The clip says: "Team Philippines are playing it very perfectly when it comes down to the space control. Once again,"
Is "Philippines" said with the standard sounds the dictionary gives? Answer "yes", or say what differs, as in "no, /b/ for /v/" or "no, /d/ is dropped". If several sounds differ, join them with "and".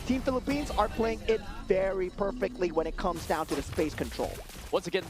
yes